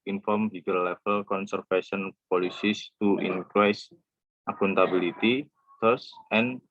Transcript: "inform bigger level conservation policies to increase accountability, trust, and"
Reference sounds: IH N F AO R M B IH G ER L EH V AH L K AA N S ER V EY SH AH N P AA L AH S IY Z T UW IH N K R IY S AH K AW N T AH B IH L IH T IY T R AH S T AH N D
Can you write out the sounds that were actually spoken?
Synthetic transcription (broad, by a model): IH N F AO R M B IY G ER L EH F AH L K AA N S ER F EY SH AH N P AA L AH S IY S T UW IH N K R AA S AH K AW N T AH B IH L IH T IY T AO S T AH N